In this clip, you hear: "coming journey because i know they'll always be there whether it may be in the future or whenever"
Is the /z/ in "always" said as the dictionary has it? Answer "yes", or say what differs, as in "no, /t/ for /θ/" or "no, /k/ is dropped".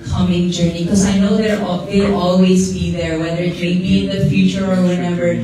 yes